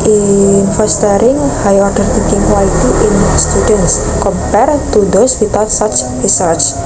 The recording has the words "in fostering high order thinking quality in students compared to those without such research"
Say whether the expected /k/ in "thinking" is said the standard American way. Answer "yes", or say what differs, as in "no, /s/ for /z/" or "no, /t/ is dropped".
no, /k/ is dropped